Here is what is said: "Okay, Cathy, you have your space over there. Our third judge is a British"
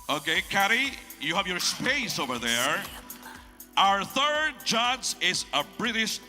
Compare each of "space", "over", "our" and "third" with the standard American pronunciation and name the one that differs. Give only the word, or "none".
none